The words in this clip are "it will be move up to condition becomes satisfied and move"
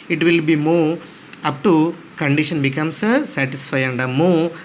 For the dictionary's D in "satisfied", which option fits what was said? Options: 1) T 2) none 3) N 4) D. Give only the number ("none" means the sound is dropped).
2